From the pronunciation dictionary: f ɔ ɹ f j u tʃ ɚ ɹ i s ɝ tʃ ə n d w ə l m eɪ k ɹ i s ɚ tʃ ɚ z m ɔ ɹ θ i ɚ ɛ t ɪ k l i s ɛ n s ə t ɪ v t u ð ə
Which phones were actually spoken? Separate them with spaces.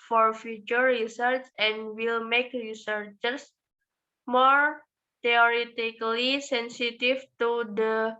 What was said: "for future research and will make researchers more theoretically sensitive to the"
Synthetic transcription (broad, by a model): f ɔ ɹ f j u tʃ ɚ ɹ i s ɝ s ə n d w ə l m eɪ k ɹ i s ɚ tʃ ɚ s m ɔ ɹ t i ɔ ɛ t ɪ k l i s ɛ n s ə t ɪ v t u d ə